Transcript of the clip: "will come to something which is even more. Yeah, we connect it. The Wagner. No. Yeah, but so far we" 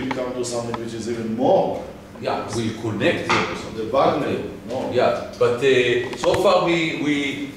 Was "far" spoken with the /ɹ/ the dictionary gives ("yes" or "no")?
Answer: no